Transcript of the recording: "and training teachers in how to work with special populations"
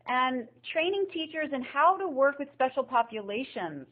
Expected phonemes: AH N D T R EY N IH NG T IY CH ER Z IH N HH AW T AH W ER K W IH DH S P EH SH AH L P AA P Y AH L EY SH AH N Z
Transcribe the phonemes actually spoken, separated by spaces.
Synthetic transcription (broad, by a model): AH N T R EY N IH NG T IY CH ER Z IH N HH AW T AH W ER K W IH DH S P EH SH L P AA P Y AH L EY SH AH N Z